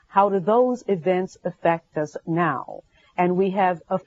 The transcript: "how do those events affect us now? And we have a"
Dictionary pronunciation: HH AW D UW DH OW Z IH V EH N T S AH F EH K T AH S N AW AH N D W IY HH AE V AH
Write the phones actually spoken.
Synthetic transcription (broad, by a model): HH AW D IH DH OW Z IH V EH N T S AH F EH K T AH S N AW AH N W IY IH V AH